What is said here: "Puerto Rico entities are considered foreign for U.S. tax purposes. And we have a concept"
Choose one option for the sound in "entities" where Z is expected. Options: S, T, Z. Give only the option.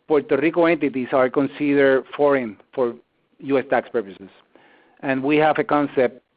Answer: S